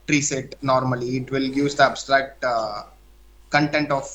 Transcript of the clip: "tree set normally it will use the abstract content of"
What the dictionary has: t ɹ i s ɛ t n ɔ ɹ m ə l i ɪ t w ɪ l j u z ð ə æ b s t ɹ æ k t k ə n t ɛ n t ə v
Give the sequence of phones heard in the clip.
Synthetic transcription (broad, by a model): t ɹ i s ɛ t n ɔ ɹ m ə l i ɪ t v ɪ l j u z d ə æ b s t ɹ æ k t k ə n t ɛ n t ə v